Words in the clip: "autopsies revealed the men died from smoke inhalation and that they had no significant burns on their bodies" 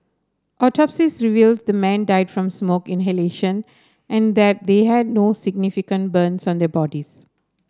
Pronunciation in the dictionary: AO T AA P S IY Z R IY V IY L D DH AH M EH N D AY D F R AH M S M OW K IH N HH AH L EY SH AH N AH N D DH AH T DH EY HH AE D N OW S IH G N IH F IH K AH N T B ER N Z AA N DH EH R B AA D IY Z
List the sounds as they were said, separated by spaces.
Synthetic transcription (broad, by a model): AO T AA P S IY S R IY V IY L D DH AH M EH N D AY D F R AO M S M OW K IH N HH AH L EY SH AH N AH N D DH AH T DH EY HH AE D N OW S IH G N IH F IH K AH N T B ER N S AA N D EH B AA D IY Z